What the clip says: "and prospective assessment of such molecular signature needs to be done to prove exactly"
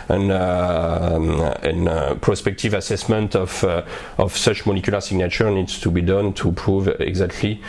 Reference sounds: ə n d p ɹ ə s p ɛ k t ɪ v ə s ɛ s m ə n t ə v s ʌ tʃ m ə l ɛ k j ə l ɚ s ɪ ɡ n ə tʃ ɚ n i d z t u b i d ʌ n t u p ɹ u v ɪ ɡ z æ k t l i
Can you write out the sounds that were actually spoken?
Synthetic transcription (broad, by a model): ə n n p ɹ ə s p ɛ k t ɪ v ə s ɛ s m ə n t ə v s ʌ tʃ m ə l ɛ k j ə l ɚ s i ɡ n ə tʃ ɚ n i d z t u b i d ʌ n t u p ɹ u v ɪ ɡ z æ k t l i